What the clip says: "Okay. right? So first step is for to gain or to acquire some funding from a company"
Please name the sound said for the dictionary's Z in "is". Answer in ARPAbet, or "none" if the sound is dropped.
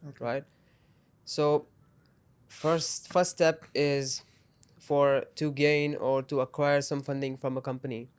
Z